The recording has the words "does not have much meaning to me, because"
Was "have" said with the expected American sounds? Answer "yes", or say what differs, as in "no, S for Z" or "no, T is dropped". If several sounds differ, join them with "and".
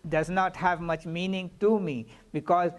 yes